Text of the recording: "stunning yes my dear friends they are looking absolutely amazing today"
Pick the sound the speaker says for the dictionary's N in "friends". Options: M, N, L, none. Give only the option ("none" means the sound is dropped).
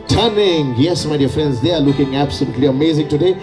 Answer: N